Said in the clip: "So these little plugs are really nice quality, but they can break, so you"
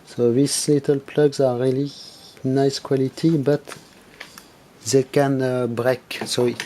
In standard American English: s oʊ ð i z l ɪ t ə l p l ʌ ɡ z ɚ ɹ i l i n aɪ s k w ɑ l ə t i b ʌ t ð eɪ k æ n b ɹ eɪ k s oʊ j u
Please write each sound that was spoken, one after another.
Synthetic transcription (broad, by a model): s oʊ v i s l ɪ t ə l p l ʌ ɡ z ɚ ɹ i l i n aɪ s k w ɑ l ə t i b ʌ t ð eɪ k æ n b ɹ eɪ k s oʊ